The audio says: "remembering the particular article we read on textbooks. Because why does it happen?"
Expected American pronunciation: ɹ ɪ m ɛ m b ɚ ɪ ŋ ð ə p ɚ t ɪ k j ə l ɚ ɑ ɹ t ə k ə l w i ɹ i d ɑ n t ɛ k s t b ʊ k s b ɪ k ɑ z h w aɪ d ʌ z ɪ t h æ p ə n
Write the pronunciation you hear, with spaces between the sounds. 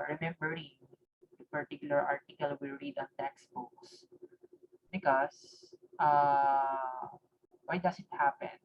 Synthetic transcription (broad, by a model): ɹ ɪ m ɛ m b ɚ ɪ ŋ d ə p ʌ t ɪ k j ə l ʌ ɑ ɹ t ə k ə l w i ɹ i d ɑ n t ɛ k s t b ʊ k s b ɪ k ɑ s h w aɪ d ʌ s ɪ t h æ p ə n